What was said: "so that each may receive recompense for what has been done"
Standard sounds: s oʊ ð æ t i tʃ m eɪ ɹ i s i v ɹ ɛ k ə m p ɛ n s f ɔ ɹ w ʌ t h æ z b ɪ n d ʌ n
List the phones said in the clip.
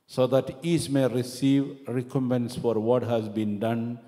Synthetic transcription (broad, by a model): s oʊ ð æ t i s m eɪ ɹ i s i v ɹ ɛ k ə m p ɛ n s f ɔ ɹ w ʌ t h æ z b ɪ n d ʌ n